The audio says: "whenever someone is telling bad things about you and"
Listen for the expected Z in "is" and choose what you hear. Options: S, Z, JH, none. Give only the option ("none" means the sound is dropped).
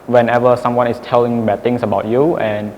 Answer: S